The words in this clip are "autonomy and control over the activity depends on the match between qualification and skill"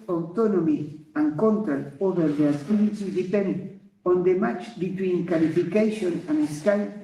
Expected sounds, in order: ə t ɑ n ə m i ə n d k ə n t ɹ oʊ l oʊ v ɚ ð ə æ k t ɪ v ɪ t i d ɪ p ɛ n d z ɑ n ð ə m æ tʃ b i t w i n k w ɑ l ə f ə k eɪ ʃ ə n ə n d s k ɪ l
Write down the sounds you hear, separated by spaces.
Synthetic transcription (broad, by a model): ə t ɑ n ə m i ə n k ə n t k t oʊ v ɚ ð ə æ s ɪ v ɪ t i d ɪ p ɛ n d ɑ n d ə m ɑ tʃ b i t w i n k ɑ l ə f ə k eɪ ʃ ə n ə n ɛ s k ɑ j